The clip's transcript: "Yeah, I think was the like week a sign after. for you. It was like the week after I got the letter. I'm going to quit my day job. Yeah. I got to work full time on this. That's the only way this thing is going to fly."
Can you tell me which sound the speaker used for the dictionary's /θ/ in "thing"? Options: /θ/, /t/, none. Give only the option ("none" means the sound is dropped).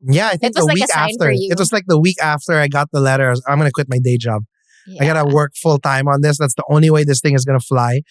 /θ/